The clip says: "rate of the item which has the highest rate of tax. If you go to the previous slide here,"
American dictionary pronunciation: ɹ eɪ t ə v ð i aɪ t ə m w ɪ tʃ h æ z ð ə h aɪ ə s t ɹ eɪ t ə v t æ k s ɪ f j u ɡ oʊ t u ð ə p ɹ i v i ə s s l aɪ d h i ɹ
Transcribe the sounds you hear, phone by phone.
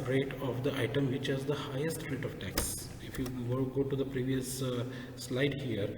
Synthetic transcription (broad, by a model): ɹ eɪ t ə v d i aɪ t ə m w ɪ tʃ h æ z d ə h aɪ ə s t ɹ eɪ t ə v t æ k s ɪ f j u ɡ oʊ t u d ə p ɹ i v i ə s s l aɪ d h i ɹ